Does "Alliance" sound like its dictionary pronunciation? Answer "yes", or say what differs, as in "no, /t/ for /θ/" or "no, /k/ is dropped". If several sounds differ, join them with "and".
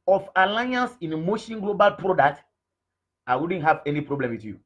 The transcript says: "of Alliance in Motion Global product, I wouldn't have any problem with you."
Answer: yes